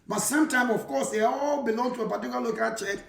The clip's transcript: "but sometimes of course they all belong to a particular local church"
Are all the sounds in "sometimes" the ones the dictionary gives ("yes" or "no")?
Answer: no